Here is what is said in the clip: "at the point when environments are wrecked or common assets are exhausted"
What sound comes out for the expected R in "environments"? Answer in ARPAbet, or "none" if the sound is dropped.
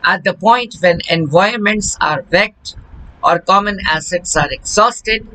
none